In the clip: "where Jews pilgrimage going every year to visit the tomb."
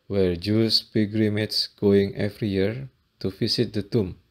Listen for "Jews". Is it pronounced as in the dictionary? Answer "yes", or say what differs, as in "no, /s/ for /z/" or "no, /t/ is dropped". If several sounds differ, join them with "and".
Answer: no, /s/ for /z/